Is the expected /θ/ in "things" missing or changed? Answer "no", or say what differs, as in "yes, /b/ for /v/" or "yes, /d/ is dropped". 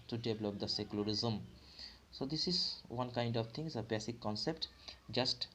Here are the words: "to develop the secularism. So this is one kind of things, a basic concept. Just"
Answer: yes, /t/ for /θ/